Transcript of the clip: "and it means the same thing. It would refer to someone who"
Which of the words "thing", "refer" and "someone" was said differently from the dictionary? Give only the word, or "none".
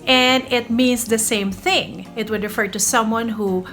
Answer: none